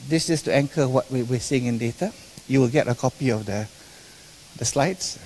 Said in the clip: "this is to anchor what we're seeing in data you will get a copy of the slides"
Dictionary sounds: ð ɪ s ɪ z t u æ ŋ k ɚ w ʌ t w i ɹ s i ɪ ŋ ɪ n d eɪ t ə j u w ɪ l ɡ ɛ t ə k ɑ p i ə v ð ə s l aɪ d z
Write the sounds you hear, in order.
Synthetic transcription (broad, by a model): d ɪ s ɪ s t u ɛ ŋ k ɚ w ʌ t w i w s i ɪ ŋ ɪ n d eɪ t ə j u w ɪ l ɡ ɛ t ə k ɑ p i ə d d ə s l aɪ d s